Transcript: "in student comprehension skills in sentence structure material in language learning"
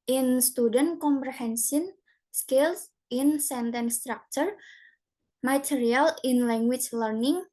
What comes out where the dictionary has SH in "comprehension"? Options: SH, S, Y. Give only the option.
S